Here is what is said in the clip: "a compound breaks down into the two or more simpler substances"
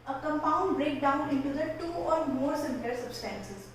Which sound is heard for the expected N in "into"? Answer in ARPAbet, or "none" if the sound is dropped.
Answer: N